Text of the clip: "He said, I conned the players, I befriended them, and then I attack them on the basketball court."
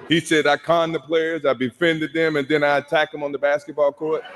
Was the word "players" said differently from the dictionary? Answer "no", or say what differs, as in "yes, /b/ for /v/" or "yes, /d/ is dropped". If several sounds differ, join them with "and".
no